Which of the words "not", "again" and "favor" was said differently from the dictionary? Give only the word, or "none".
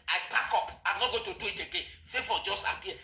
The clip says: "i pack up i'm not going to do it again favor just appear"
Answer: favor